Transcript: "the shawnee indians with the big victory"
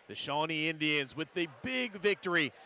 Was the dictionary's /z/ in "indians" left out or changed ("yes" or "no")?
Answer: no